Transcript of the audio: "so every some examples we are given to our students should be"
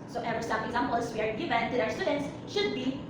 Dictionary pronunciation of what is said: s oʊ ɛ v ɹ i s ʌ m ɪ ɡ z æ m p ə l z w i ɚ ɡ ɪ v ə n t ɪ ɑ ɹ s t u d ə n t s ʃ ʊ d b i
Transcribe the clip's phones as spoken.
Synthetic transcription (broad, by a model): s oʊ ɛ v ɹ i s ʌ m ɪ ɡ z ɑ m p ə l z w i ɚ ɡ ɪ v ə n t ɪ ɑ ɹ s t u d ə n t s ʃ ʊ d b i